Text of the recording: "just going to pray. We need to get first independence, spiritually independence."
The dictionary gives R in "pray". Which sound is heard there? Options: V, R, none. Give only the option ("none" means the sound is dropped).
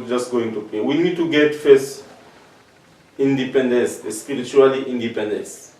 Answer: none